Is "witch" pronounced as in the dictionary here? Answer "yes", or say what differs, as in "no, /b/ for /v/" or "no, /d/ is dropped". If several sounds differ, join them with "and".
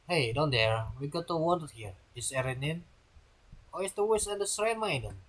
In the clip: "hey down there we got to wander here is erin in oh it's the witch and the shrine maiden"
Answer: no, /s/ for /tʃ/